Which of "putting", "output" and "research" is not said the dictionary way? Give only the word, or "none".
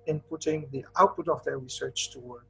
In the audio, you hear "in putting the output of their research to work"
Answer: none